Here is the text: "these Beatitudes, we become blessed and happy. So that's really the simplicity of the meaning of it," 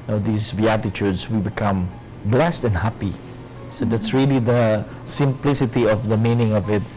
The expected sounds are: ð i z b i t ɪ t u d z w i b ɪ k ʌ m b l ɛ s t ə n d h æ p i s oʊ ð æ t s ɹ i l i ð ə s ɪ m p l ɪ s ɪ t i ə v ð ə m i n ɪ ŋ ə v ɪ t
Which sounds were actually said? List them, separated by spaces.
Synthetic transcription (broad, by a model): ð i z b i t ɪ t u d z w i b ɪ k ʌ m b l ɛ s t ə n h æ p i s oʊ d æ t s ɹ i l i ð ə s ɪ m p l ɪ s ɪ t i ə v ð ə m i n ɪ ŋ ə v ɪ t